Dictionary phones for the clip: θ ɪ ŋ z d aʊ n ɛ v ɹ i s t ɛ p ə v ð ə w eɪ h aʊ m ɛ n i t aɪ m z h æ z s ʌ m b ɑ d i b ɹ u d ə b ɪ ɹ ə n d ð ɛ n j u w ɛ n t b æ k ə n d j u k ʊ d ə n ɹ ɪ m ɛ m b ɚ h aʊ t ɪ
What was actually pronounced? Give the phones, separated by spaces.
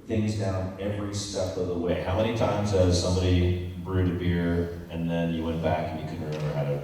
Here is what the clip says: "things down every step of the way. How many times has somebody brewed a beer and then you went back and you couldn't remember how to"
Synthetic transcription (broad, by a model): θ ɪ ŋ z d aʊ n ɛ v ɹ i s t ɛ p ə v ð ə w eɪ h aʊ m ɛ n i t aɪ m z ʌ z s ʌ m b ɑ d i b ɹ u d ə b ɪ ɹ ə n ð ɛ n j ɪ w ɛ n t b æ k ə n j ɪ k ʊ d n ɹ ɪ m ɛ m ɚ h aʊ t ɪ